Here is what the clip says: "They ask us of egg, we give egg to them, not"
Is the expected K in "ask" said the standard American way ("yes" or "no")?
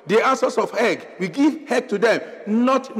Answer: no